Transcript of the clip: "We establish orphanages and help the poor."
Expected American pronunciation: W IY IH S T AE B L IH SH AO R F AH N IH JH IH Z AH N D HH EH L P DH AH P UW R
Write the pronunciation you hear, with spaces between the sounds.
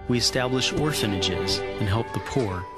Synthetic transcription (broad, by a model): W IY IH S T AE B L IH SH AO R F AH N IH JH IH Z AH N HH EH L P DH AH P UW R